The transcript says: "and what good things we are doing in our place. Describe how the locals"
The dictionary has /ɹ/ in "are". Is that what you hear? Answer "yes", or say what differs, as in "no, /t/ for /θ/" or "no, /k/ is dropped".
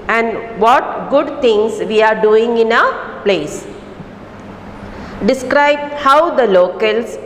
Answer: yes